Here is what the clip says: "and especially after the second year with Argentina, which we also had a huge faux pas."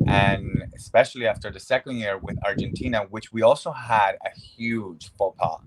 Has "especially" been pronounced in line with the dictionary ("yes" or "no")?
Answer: yes